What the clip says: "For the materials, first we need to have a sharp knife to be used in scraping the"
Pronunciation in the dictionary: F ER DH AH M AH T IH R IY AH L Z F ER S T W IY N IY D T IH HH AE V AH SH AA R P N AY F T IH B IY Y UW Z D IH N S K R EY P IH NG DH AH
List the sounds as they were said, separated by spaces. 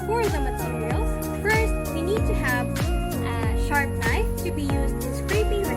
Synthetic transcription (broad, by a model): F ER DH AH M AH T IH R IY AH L F ER S T W IY N IY D T IH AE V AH SH AA R P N AY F T IH B IY Y UW Z D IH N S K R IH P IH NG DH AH